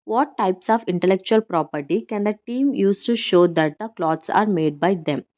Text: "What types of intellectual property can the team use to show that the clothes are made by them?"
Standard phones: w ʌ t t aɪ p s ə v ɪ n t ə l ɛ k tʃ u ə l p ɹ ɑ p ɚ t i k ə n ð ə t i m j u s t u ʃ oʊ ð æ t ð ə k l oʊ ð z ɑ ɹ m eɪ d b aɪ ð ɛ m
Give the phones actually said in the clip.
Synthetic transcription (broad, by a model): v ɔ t t aɪ p s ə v ɪ n t ə l ɛ k tʃ u ə l p ɹ ɑ p ɚ t i k ə n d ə t i m j u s t u ʃ oʊ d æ t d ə k l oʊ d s ɑ ɹ m eɪ d b aɪ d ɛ m